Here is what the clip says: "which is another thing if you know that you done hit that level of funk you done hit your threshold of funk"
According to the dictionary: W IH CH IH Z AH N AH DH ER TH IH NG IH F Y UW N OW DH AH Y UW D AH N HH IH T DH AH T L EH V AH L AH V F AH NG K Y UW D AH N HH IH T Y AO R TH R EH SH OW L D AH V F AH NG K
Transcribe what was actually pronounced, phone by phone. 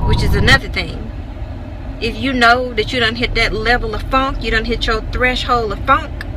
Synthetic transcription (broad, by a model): W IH CH IH Z AH N AH DH ER TH IH NG IH F Y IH N OW DH AH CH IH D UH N HH IH T DH AH T L EH V L AH V F AH NG K Y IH D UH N HH IH T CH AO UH TH R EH SH OW L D AH V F AH NG K